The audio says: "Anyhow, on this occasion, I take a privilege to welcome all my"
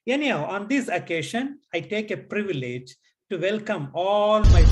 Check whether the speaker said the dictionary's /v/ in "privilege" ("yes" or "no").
yes